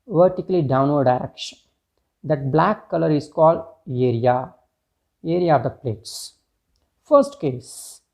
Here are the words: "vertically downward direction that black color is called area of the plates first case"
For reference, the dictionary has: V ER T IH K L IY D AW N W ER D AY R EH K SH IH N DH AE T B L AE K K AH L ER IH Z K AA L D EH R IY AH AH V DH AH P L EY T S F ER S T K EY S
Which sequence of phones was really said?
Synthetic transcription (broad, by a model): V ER T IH K L IY D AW N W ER D AY R EH K SH IH N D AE T B L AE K K AH L ER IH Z K AA L D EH R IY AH AH V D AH P L EY T S F ER S T K EY S